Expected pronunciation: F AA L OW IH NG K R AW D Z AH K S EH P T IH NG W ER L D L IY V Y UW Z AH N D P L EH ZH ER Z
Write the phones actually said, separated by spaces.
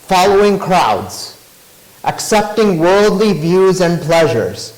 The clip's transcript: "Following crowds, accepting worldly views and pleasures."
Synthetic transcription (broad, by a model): F AA L OW IH NG K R AW D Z AH K S EH P T IH NG W ER L D L IY V Y UW Z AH N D P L EH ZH ER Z